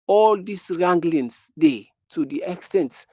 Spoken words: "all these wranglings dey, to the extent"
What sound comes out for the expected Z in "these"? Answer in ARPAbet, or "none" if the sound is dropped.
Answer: S